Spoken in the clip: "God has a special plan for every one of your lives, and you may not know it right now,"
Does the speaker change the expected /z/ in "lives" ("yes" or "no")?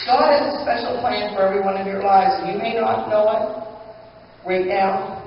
no